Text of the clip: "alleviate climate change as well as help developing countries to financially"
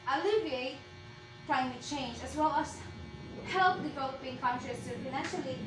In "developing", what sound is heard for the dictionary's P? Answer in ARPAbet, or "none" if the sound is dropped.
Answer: none